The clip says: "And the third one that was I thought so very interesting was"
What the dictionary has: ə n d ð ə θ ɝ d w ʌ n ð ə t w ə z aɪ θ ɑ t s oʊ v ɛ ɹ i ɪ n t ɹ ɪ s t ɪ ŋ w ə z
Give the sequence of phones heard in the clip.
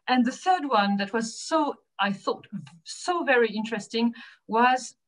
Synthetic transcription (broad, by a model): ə n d ð ə θ ɝ d w ʌ n ð ə t w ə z aɪ θ ɑ t s oʊ v ɛ ɹ i ɪ n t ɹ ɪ s t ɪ ŋ w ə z